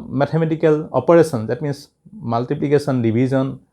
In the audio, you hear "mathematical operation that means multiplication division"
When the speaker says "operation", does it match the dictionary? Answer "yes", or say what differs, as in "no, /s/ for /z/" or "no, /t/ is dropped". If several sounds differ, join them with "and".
no, /s/ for /ʃ/